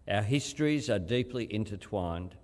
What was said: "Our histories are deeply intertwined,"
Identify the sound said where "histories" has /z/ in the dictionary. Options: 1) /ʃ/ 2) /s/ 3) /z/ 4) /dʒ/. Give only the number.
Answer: 3